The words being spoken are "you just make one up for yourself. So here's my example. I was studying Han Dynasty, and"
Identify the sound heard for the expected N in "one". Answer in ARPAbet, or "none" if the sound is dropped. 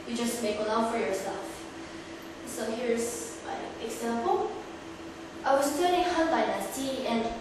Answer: L